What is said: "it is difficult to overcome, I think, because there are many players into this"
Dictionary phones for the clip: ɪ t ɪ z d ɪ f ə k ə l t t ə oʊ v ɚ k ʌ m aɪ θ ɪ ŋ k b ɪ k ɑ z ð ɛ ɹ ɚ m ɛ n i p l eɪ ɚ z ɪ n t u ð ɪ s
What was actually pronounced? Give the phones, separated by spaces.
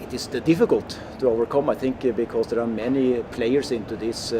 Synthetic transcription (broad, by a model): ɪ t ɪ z d ɪ f ə k ə l t t ə oʊ v ɚ k ʌ m aɪ θ ɪ ŋ k b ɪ k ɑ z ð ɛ ɹ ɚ m ɛ n i p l eɪ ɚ s ɪ n t u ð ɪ s